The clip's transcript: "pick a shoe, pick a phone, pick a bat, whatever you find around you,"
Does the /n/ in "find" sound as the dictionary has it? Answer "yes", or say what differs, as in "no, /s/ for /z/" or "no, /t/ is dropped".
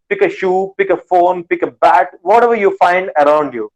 yes